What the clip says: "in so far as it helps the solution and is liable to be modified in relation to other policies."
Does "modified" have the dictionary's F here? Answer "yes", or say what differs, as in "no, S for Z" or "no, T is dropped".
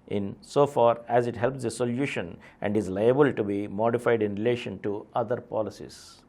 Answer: yes